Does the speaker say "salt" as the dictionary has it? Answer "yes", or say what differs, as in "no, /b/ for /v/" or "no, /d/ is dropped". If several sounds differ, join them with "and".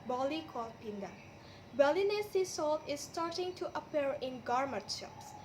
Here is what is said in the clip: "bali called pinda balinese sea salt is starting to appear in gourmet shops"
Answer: yes